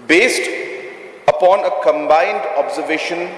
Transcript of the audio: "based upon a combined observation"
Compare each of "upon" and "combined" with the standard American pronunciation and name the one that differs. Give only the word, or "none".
none